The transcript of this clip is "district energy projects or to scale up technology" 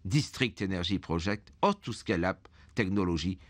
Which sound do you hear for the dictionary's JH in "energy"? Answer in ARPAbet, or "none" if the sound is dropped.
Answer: ZH